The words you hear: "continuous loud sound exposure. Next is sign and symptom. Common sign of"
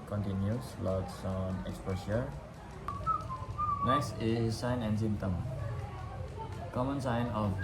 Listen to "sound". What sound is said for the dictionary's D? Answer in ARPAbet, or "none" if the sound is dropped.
none